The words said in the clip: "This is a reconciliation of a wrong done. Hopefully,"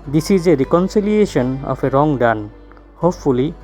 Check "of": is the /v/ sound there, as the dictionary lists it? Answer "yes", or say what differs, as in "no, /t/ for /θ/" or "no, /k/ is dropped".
no, /p/ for /v/